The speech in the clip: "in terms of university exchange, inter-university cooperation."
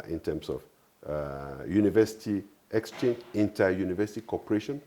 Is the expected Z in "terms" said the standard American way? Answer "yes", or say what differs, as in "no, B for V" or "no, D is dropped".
no, S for Z